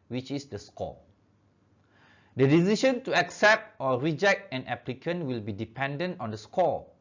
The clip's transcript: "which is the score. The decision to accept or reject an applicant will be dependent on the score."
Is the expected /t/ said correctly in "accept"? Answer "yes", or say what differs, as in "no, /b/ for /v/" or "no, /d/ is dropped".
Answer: yes